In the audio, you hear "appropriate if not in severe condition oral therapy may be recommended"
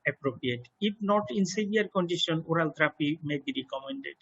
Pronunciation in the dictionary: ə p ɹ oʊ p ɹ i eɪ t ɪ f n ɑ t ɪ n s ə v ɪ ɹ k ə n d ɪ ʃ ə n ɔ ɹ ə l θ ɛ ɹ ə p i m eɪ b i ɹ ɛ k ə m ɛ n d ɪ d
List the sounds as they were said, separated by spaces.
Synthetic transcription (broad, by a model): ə p ɹ oʊ p ɹ i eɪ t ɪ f n ɑ t ɪ n s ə b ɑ ɹ k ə n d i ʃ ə n ɔ ɹ ə l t ɹ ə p i m eɪ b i ɹ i k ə m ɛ n d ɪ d